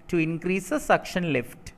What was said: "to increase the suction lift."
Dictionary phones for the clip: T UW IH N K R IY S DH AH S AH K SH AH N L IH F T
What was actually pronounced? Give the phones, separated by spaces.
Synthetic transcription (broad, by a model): T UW IH N K R IY S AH S AH K SH AH N L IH F T